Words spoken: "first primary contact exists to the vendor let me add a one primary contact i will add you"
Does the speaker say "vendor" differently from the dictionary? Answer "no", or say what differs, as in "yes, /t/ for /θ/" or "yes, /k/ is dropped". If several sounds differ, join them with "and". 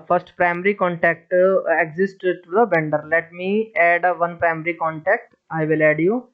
yes, /b/ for /v/